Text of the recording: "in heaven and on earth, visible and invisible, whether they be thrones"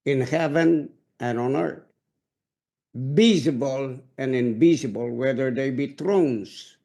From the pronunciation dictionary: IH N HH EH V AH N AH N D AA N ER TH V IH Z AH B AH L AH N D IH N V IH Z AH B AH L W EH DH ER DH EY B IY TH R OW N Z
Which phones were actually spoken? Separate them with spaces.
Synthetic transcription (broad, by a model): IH N HH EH V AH N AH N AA N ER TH B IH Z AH B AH L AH N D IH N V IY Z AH B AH L W EH DH ER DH EY B IY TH R OW N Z